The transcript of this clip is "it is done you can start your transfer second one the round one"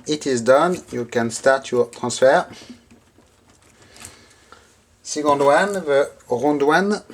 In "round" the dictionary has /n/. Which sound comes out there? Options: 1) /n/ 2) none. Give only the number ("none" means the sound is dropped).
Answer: 2